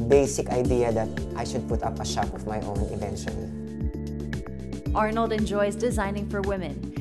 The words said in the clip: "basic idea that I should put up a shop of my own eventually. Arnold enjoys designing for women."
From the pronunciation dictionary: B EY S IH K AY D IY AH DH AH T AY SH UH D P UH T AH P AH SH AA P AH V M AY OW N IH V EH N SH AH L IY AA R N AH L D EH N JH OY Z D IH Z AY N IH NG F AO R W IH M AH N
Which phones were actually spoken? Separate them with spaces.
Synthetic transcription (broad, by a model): B EY S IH K AY D IY AH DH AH T AY SH UH D P UH T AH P AH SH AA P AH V M AY OW N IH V EH N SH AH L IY AA R N AH L D EH N JH OY Z D IH Z AY N IH NG F AO R W IH M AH N